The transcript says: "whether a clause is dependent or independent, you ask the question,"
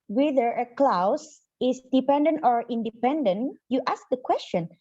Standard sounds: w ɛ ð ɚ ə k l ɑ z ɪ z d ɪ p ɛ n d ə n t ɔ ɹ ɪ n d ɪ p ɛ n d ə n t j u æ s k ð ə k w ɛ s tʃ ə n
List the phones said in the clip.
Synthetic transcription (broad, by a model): w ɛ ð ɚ ə k l ɑ s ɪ s d ɪ p ɛ n d ə n t ɔ ɹ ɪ n d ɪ p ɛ n d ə n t j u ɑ s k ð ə k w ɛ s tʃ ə n